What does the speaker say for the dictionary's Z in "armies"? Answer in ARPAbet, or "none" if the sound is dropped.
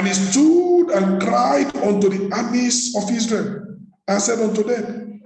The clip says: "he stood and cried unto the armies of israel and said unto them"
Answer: S